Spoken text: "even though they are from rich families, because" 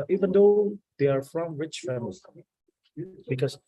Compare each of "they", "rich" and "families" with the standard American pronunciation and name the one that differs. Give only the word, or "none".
families